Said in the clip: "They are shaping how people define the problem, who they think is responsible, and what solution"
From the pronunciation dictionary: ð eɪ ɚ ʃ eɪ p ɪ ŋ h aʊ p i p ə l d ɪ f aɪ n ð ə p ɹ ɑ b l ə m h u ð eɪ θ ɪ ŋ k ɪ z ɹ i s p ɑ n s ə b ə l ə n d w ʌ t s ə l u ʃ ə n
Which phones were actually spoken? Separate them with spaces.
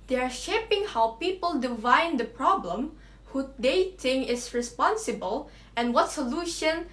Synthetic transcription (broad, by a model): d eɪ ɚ ʃ eɪ p ɪ ŋ h aʊ p i p ə l d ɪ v aɪ n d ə p ɹ ɑ b l ə m h u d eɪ t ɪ ŋ ɪ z ɹ i s p ɑ n s ə b ə l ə n w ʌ t s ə l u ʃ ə n